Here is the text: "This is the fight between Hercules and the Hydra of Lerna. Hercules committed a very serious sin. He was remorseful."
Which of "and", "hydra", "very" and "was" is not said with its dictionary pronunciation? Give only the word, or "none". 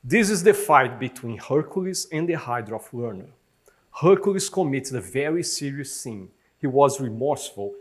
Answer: none